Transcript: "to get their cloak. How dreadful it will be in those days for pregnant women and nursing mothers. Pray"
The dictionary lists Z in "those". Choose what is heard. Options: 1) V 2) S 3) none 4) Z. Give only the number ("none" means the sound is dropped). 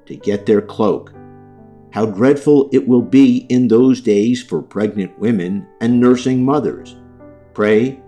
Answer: 4